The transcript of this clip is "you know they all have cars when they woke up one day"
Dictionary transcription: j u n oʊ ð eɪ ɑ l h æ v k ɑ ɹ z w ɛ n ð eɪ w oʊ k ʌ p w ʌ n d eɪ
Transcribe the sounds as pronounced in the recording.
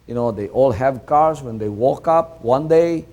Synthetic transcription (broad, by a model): j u n oʊ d eɪ ɑ l h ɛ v k ɑ ɹ s w ɛ n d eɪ w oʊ k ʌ p w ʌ n d eɪ